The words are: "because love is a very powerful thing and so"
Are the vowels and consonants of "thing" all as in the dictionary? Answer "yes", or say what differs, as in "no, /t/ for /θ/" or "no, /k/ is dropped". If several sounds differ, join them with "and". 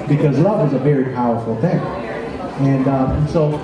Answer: yes